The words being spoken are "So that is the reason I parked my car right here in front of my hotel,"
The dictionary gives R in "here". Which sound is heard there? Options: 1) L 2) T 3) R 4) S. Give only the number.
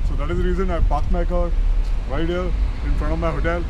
1